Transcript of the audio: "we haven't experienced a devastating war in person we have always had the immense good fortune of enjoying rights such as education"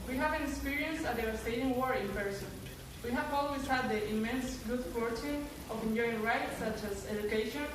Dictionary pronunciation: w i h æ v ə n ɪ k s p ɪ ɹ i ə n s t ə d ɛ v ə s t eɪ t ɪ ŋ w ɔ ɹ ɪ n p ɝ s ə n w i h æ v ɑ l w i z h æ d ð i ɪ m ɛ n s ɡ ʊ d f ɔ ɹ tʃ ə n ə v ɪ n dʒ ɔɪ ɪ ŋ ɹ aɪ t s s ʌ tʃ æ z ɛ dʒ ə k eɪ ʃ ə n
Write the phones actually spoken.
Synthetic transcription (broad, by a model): w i h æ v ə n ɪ k s p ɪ ɹ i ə n s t ə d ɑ ə s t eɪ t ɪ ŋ w ɔ ɹ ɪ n p ɝ s ə n w i h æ v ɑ l w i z h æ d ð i ɪ m ɛ n s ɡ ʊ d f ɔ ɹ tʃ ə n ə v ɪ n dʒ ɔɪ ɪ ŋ ɹ aɪ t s s ʌ tʃ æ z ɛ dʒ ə k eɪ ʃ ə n